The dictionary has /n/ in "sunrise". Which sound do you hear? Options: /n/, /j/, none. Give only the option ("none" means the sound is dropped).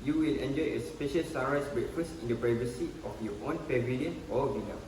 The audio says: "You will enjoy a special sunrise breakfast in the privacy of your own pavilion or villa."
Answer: none